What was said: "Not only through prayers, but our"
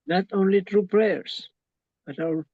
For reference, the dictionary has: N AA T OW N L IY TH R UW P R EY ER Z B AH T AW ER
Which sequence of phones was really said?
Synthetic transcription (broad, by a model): N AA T OW N L IY T R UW P R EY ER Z B AH T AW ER